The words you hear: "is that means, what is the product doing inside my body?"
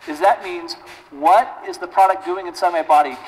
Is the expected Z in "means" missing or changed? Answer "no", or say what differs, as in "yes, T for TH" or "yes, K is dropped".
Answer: no